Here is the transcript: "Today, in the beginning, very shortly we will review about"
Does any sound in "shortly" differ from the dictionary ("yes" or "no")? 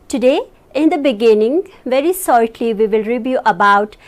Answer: yes